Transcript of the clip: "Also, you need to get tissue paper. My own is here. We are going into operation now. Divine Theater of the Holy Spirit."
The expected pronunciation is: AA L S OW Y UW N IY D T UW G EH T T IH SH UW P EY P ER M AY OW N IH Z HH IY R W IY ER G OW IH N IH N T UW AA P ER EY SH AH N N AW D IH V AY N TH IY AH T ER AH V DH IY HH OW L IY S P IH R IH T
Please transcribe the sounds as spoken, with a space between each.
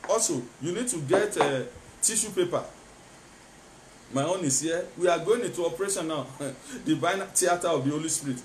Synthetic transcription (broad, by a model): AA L S OW Y UW N IY D T UW G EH T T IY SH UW P EY P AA M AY OW N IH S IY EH W IY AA G OW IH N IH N T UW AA P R EY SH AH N N AW D IH V AY N T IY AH T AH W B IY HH OW L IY S P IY R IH T